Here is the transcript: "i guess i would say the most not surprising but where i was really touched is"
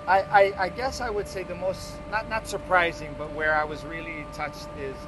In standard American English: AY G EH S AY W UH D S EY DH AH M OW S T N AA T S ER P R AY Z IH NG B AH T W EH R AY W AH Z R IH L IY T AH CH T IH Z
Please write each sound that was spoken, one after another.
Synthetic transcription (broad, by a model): AY G EH S AY W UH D S EY DH AH M OW S T N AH T S ER P R AY Z IH NG B AH T W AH R AY W AH Z R IH L IY T AH CH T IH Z